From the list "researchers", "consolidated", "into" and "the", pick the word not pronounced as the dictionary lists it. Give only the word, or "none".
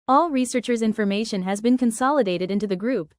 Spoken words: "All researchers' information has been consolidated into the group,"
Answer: none